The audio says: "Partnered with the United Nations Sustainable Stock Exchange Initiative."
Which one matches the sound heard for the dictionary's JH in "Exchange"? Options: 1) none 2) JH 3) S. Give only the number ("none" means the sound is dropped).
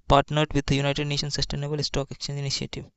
1